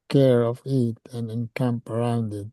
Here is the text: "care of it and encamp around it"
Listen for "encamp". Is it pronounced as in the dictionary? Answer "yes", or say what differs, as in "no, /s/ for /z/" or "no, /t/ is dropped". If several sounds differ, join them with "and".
yes